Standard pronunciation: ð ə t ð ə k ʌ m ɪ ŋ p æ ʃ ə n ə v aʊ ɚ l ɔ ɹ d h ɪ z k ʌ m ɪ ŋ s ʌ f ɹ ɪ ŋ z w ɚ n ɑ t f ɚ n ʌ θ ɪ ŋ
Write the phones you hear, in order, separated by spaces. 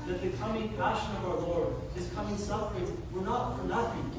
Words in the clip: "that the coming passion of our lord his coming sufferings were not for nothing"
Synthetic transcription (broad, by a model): ð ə t ð ə k ʌ m ɪ ŋ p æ ʃ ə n ə v aʊ ɚ l ɔ ɹ d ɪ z k ʌ m ɪ ŋ s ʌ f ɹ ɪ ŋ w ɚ n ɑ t f ɚ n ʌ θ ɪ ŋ